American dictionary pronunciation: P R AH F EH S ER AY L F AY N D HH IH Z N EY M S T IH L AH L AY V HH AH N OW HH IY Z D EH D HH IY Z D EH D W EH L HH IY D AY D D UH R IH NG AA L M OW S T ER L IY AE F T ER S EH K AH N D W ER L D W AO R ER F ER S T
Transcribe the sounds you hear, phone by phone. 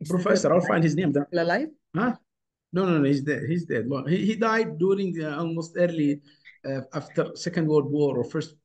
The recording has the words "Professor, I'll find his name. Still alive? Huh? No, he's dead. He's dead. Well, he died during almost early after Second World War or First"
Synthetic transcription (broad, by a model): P R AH F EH S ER AY L F AY N D HH IH Z N EY M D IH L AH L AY F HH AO N OW HH IY Z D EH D HH IY Z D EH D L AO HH HH IY D AY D D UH R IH NG AA L M OW S T ER L IY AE F T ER S EH K AH N D W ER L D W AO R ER F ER S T